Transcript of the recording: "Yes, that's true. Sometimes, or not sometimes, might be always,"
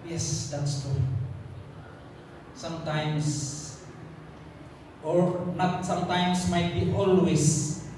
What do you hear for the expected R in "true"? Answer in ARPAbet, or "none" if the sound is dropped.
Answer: none